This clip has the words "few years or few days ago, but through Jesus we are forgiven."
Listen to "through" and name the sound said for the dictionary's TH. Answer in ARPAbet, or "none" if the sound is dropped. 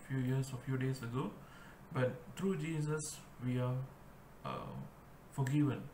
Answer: T